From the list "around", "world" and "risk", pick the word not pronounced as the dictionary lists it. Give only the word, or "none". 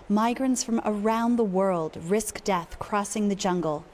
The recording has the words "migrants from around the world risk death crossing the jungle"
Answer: none